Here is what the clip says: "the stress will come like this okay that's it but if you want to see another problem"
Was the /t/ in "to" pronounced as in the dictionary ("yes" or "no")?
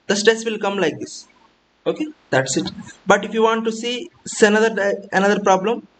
no